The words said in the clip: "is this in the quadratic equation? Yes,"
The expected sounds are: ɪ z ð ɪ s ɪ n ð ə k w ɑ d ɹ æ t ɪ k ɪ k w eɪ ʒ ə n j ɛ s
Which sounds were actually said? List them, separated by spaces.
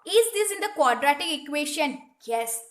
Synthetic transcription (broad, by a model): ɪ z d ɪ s ɪ n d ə k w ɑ d ɹ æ t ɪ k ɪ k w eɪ ʃ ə n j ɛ s